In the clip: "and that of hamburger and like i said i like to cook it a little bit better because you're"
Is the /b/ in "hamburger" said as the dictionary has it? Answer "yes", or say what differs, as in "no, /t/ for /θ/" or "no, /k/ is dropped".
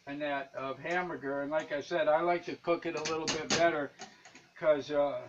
no, /b/ is dropped